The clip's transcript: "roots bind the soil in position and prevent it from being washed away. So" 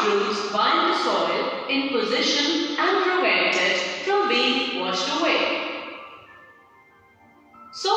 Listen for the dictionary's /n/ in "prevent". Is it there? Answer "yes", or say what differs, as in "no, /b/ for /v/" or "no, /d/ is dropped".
no, /n/ is dropped